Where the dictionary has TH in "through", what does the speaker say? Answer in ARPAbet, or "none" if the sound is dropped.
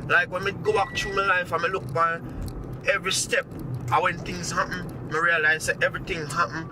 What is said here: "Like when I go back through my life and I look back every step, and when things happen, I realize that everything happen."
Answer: T